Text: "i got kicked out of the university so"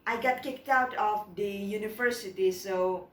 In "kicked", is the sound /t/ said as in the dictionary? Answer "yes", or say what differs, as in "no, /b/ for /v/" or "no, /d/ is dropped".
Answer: yes